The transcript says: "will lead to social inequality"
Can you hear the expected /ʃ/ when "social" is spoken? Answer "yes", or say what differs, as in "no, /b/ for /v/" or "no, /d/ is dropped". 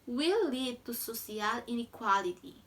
no, /s/ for /ʃ/